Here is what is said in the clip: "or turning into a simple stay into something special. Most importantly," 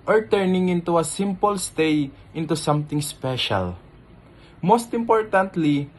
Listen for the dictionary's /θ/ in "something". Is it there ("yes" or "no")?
no